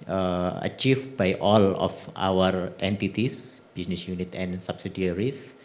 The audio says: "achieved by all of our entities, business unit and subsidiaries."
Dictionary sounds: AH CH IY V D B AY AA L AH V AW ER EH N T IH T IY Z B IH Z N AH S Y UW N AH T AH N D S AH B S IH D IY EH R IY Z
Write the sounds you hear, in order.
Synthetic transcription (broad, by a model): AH CH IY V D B AY AA L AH F AW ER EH N T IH T IY S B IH S N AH S Y UW N AH T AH N S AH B S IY D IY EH R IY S